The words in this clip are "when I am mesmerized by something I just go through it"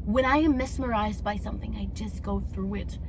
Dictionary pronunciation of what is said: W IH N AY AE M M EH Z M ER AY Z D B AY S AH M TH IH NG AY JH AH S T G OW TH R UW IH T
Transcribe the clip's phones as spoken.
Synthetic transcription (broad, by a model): W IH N AY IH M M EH S M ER AY Z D B AY S AH M TH IH NG AY JH AH S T G OW TH R UW IH T